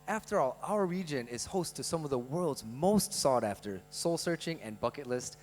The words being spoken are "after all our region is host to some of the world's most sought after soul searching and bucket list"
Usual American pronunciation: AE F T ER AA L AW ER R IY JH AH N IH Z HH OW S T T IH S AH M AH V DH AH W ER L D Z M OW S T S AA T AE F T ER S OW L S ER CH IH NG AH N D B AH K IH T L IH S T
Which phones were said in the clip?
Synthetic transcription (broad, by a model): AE F T ER AA L AW ER R IY JH AH N IH Z HH OW S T T IH S AH M AH V DH AH W ER L D Z M OW S T S AA T AE F T ER S OW L S ER CH IH NG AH N B AH K IH T L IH S T